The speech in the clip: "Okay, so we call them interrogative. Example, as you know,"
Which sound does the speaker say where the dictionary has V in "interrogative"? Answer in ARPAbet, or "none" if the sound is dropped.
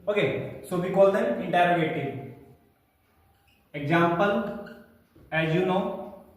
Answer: none